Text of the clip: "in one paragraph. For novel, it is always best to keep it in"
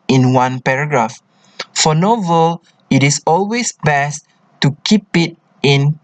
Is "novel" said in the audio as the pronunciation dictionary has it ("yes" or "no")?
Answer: yes